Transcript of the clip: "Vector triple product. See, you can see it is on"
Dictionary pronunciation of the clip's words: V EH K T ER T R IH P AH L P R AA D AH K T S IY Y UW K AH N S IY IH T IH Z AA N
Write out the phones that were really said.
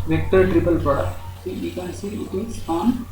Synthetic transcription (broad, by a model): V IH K T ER T R IH P AH L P AA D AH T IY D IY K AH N S IY IH T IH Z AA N